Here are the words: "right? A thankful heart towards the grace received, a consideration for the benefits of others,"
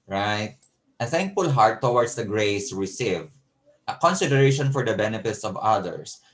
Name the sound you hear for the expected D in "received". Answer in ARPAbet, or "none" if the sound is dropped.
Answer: none